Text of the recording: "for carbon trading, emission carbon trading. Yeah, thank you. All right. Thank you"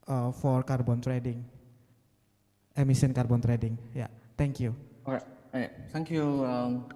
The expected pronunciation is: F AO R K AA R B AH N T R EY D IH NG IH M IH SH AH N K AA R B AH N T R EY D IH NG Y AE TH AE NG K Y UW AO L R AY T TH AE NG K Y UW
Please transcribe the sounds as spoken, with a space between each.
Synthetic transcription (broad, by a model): F AO R K AA R B AH N T R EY D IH NG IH M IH S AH N K AA R B AH N T R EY D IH NG Y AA T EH NG K Y UW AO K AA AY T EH NG K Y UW